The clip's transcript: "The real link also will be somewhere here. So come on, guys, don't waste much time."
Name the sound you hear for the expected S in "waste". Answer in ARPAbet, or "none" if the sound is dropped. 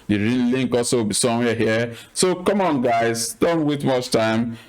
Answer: none